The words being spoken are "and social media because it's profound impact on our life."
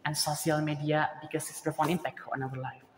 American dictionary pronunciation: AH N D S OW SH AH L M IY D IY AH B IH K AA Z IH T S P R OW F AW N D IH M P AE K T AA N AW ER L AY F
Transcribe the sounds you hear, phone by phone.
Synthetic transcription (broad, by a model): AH N S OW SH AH L M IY D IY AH B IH K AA S IH T S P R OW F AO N IH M P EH K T AA N AW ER L AY F